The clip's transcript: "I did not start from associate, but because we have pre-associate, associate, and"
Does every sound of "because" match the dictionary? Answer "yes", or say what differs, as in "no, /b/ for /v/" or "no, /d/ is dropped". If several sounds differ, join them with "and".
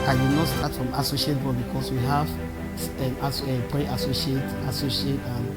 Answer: no, /s/ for /z/